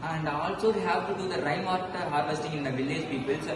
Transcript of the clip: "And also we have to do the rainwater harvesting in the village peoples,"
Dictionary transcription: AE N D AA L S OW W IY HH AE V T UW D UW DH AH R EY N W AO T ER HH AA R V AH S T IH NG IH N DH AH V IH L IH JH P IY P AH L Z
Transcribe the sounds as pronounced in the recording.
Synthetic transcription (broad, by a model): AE N D AA L S OW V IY HH AE V T UW D UW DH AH R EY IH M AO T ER HH AA R V AH S T IH NG IH N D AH V IH L IH JH P IY P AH L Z